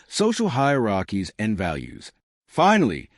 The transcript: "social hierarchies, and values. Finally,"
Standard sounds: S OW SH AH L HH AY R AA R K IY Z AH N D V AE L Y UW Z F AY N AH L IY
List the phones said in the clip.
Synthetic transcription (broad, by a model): S OW SH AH L HH AY R AA K IY Z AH N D V AE L Y UW Z F AY N L IY